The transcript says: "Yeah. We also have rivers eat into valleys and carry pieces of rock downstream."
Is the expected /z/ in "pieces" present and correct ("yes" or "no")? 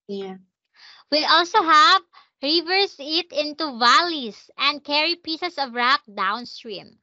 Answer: no